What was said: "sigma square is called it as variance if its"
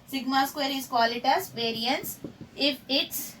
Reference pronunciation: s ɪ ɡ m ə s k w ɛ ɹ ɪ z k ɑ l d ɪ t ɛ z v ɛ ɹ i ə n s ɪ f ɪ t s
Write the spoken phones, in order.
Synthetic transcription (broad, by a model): s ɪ ɡ m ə s k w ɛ ɹ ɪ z k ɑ l ɪ t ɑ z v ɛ ɹ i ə n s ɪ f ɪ t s